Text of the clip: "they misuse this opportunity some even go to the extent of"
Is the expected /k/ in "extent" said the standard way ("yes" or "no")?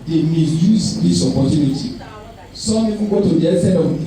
no